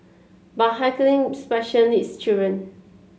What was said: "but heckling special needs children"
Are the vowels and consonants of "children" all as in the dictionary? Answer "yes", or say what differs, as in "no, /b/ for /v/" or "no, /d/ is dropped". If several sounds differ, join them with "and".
no, /l/ is dropped